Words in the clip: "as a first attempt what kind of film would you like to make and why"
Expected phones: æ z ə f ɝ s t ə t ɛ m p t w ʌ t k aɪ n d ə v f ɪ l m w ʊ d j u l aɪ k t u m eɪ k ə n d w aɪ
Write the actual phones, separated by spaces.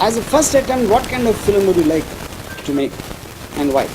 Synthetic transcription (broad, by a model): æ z ə f ɝ s t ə t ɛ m t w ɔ t k aɪ n d ə v f ɪ l m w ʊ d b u l aɪ k t u m eɪ k ə n d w aɪ